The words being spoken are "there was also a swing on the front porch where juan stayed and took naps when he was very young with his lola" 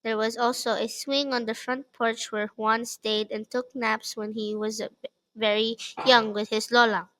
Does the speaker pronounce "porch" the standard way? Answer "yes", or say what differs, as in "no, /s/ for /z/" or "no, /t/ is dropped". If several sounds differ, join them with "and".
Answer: yes